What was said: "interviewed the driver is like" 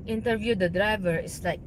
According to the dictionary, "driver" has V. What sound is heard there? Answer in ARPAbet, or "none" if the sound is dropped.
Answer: V